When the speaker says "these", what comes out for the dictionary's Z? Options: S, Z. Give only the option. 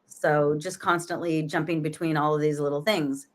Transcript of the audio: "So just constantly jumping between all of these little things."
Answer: Z